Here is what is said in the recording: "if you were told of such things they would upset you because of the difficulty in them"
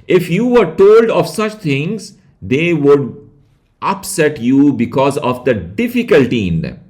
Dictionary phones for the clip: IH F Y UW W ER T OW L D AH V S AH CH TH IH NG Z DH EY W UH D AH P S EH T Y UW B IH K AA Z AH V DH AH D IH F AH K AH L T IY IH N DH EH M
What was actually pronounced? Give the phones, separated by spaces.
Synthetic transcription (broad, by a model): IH F Y UW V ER T OW L D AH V S AH CH T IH NG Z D EY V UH D AH P S EH T Y UW B IH K AA Z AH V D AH D IH F AH K AH L T IY IH N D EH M